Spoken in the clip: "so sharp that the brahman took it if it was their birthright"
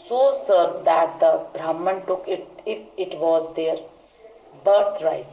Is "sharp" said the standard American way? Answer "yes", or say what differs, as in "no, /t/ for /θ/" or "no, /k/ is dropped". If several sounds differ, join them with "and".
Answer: no, /s/ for /ʃ/